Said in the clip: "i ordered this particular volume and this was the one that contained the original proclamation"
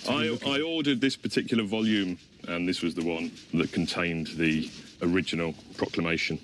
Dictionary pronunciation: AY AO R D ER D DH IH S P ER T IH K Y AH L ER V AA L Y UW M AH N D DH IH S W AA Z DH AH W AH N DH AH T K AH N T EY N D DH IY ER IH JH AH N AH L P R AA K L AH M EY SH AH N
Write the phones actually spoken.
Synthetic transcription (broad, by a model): AY AO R D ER D DH IH S P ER T IH K Y L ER V AA L Y UW M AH N DH IH S W AA Z DH AH W AH N DH AH T K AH N T EY N DH IY ER IH JH AH N AH L P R AA K L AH M EY SH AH N